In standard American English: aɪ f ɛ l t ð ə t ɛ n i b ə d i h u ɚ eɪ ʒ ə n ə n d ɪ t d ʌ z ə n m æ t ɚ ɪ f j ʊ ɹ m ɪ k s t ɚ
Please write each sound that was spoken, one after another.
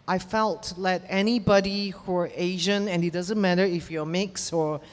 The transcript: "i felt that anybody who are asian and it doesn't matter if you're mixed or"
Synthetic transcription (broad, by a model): aɪ f ɛ l t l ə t ɛ n i b ə d i h u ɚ eɪ ʒ ə n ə n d ɪ t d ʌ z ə n m æ t ɚ ɪ f j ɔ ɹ m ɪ k s ɚ